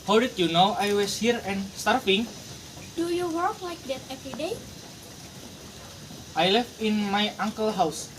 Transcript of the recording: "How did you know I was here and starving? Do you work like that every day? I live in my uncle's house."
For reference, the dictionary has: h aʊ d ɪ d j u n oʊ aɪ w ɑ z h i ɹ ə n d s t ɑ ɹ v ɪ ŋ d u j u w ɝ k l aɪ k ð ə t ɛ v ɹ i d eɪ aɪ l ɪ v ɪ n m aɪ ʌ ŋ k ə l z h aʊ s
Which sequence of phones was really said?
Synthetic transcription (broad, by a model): h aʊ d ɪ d j u n oʊ aɪ w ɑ s h i ɹ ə n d s t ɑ ɹ f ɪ ŋ d u j u w ɝ k l aɪ k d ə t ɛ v ɹ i d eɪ aɪ l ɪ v ɪ n m aɪ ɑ ŋ k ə l h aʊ s